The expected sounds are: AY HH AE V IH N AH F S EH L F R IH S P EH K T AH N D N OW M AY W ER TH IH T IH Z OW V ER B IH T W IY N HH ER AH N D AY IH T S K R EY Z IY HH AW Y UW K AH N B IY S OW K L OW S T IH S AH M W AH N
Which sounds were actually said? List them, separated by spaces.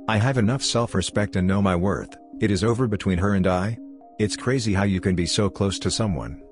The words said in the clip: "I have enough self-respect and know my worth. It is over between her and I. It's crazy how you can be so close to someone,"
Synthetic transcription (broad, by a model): AY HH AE V IH N AH F S EH L F R IH S P EH K T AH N N OW M AY W ER TH IH T IH Z OW V ER B IH T W IY N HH ER AH N D AY IH T S K R EY Z IY HH AW Y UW K AH N B IY S OW K L OW S T IH S AH M W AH N